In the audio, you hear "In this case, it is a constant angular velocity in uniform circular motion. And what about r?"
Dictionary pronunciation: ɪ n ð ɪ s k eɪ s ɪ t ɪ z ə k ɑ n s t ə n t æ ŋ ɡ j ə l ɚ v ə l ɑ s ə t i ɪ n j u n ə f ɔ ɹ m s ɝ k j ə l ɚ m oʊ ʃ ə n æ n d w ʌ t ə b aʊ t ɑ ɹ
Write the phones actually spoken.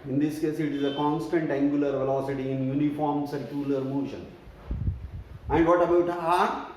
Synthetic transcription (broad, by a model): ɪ n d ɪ s k eɪ s ɪ t ɪ z ə k ɑ n s t ə n t æ ŋ ɡ j ə l ɚ v ə l ɑ s ə t i ɪ n j u n ə f ɔ ɹ m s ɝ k j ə l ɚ m oʊ ʃ ə n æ n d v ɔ t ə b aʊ t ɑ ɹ